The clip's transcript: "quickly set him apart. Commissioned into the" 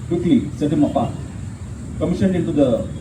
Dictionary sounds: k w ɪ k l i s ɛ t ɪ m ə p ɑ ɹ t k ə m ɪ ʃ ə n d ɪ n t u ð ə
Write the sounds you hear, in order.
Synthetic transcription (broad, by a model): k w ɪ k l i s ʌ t ɪ m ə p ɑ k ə m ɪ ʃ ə n ɪ n t u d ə